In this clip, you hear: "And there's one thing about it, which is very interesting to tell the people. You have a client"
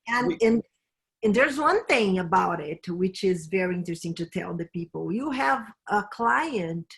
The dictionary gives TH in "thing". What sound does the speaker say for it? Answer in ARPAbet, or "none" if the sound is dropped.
TH